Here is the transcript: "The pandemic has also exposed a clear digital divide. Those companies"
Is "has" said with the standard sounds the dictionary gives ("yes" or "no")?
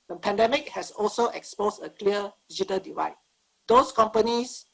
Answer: no